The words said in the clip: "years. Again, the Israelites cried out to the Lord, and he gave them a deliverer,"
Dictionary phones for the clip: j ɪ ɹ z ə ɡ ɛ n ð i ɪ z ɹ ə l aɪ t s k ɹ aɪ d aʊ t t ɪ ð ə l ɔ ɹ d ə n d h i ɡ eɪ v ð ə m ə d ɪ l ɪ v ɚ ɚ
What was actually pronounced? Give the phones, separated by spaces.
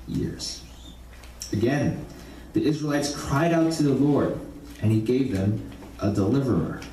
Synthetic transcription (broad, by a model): j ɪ ɹ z ə ɡ ɛ n ð i ɪ z ɹ ə l aɪ t s k ɹ aɪ d aʊ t t ɪ ð ə l ɔ ɹ d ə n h i ɡ eɪ v ð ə m ə d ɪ l ɪ v ɚ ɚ